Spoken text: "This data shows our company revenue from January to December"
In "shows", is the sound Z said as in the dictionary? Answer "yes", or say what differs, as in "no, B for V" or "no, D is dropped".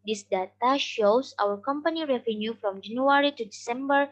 no, S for Z